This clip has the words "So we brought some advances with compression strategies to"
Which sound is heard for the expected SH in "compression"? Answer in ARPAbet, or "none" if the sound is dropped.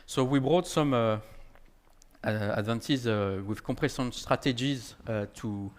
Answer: S